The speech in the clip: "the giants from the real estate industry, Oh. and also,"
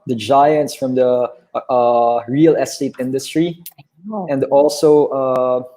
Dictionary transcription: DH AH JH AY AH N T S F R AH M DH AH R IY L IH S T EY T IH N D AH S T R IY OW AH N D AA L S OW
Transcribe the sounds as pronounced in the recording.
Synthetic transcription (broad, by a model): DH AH JH AY AH N T S F R AH M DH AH R IY L IH S T EY T IH N D AH S T R IY AH N D AA L S OW